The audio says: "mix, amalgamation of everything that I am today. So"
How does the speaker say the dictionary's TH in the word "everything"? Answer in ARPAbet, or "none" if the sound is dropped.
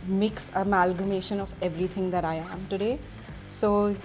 T